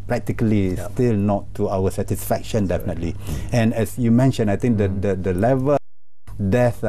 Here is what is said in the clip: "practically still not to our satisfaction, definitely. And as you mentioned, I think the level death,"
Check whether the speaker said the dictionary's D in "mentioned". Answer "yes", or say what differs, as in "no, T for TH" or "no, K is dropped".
no, D is dropped